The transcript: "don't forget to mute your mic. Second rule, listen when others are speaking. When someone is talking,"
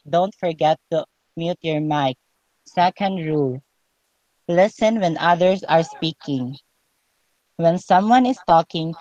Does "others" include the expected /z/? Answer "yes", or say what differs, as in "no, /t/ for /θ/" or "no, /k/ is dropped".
no, /s/ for /z/